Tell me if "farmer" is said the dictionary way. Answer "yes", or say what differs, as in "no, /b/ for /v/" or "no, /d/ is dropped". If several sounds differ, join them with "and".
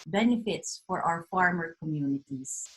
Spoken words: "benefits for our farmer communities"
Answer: yes